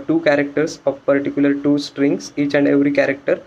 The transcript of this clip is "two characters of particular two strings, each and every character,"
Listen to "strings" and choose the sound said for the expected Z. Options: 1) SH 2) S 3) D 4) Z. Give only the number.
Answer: 2